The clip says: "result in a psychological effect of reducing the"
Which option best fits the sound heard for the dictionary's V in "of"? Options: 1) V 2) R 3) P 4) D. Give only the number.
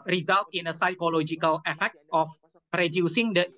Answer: 3